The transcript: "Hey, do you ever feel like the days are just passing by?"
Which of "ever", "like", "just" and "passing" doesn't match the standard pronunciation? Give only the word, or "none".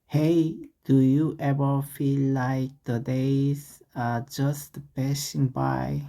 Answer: passing